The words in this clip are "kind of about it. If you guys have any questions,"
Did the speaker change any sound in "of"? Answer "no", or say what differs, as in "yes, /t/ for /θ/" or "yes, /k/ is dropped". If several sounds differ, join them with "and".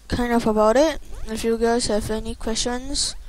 yes, /f/ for /v/